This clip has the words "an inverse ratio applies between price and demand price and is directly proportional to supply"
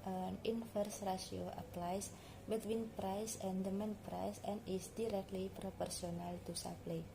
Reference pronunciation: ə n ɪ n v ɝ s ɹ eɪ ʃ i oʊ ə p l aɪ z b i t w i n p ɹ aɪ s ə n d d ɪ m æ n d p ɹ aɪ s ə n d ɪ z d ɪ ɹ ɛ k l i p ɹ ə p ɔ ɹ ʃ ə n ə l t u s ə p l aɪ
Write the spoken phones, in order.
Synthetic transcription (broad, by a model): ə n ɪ n f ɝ s ɹ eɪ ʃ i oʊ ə p l aɪ s b i t w i n p ɹ aɪ s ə n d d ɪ m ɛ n p ɹ aɪ s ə n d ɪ s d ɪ ɹ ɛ k l i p ɹ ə p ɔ ɹ s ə n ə l t u s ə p l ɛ